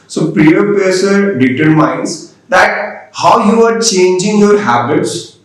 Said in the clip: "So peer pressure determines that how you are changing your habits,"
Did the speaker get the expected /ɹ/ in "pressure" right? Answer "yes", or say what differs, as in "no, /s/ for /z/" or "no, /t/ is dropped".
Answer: no, /ɹ/ is dropped